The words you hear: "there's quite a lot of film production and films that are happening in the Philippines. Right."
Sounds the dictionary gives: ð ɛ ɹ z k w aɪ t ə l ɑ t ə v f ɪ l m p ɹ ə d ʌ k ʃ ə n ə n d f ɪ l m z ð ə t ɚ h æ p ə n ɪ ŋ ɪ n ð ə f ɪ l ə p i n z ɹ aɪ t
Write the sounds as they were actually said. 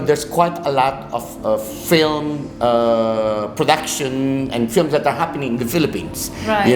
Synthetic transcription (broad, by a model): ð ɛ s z k w aɪ t ə l ɑ t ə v f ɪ l m p ɹ ə d ʌ k ʃ ə n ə n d f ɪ l m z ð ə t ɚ h æ p ə n ɪ ŋ ɪ n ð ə f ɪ l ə p i n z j